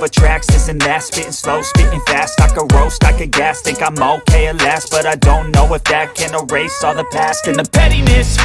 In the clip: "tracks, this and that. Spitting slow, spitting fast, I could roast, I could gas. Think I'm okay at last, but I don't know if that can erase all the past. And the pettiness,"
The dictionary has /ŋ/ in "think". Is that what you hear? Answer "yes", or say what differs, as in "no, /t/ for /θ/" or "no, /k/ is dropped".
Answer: no, /ŋ/ is dropped